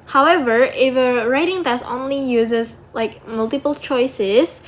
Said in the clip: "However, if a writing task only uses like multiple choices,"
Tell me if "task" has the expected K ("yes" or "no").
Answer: no